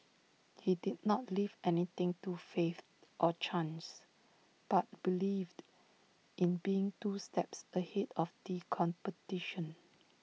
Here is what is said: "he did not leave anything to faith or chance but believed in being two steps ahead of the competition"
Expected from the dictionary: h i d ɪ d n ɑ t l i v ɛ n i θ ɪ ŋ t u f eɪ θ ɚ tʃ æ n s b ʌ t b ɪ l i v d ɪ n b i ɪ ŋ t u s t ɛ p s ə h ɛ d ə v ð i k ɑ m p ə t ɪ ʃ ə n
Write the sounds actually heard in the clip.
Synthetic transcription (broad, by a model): h i d ɪ d n ɑ t l i v ɛ n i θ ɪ ŋ t u f eɪ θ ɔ tʃ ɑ n s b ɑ t b ɪ l i v d ɪ n b i ɪ ŋ t u s t ɛ p s ə h ɛ d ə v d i k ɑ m p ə t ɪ ʃ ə n